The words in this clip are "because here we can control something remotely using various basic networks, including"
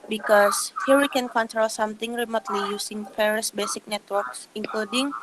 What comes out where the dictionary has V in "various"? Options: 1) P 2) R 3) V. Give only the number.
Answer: 1